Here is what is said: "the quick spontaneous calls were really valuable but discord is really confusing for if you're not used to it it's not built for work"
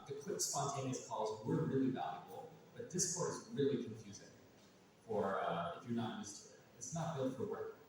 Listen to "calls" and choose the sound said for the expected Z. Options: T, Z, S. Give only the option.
Z